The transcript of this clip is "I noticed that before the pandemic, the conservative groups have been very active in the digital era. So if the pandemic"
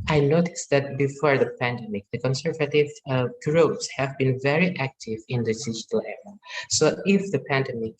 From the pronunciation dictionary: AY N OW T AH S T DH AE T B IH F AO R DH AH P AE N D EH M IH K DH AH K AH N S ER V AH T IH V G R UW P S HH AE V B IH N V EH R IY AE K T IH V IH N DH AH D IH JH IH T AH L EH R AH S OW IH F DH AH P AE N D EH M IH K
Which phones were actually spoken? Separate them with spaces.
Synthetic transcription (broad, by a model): AY N OW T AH S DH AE T B IH F AO R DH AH P AE N D EH M IH K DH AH K AH N S ER V AH T IH V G R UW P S HH AE V B IH N V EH R IY AE K T IH V IH N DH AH D IH JH IH T AH L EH R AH S OW IH F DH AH P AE N D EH M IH K